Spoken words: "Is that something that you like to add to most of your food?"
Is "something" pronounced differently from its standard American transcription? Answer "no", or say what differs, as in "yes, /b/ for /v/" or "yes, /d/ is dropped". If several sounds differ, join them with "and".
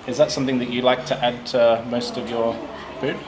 no